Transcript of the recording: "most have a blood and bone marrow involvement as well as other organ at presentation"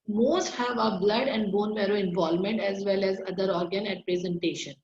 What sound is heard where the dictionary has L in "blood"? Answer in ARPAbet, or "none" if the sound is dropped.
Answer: L